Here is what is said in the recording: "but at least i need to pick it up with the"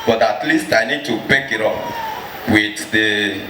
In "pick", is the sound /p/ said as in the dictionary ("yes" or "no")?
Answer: no